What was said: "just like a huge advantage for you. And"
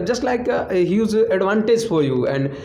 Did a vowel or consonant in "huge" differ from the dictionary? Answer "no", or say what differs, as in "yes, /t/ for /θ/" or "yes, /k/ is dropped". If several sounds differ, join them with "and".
yes, /z/ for /dʒ/